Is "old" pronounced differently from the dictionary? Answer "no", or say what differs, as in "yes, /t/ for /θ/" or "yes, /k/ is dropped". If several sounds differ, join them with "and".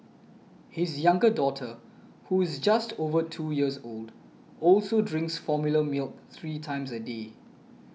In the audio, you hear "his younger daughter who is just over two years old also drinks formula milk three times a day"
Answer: no